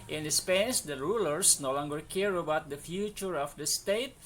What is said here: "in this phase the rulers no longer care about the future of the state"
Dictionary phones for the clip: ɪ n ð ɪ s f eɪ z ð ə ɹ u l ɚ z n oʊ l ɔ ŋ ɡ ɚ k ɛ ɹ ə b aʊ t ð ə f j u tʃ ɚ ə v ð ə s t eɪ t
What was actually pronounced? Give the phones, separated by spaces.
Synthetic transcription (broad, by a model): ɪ n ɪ s p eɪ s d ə ɹ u l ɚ s n oʊ l ɔ ŋ ɡ ɚ k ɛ ɹ ə b aʊ t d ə f j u tʃ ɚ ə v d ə s t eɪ t